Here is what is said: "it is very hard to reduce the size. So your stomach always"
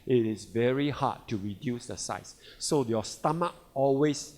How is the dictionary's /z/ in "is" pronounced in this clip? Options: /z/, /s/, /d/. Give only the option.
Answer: /s/